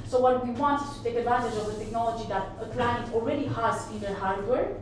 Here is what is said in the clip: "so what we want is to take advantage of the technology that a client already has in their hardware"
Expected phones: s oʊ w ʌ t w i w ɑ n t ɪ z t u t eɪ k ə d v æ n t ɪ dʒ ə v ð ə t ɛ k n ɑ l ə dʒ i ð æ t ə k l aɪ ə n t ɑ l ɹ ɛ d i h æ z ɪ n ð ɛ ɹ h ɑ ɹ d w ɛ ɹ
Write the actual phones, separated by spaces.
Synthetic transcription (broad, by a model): s oʊ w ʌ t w i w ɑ n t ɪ t u t eɪ k ə d v æ n t ɪ dʒ ə v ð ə t ɛ k n ɑ l ə dʒ i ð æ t ə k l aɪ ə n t ɑ l ɹ ɛ d i h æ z ɪ n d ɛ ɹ h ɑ ɹ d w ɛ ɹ